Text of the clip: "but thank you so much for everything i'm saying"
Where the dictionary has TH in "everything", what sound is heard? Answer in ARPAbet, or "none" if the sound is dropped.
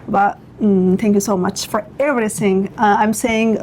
S